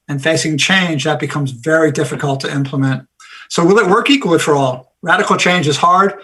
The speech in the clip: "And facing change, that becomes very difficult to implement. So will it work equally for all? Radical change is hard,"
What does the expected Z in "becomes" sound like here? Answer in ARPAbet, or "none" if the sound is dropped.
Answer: Z